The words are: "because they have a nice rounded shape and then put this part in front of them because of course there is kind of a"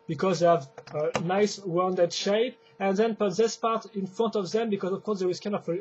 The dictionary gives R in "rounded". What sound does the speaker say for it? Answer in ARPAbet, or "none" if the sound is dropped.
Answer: W